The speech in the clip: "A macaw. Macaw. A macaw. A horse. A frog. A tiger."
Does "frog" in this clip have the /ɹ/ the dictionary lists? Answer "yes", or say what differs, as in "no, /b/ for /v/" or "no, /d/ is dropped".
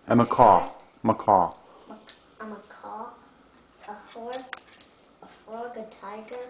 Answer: no, /ɹ/ is dropped